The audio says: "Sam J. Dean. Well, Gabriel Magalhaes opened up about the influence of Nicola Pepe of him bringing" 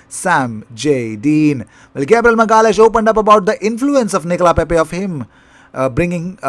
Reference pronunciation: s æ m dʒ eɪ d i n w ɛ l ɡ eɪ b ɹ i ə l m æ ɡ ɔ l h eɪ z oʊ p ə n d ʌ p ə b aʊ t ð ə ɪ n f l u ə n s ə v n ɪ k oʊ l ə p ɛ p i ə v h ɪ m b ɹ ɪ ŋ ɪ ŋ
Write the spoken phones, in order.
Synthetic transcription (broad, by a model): s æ m dʒ eɪ d i n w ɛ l ɡ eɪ b ɹ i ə l m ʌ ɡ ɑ l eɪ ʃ oʊ p ə n d ʌ p ə b aʊ t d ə ɪ n f l u ə n s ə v n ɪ k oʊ l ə p ɛ p i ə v h ɪ m b ɹ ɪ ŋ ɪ ŋ